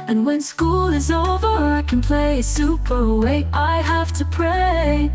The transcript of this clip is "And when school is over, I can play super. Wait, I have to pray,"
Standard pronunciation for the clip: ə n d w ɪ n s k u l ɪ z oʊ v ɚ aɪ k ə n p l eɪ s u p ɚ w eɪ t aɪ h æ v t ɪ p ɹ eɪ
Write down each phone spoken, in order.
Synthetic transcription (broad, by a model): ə n w ɪ n s k u l ɪ z oʊ v ɚ aɪ k ə n p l eɪ s u p ɚ w eɪ t aɪ h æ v t ɪ p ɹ eɪ